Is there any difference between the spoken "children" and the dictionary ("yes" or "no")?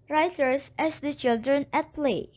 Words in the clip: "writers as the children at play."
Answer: no